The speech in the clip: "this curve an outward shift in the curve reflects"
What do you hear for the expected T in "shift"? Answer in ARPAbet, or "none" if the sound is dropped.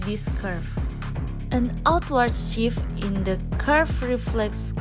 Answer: none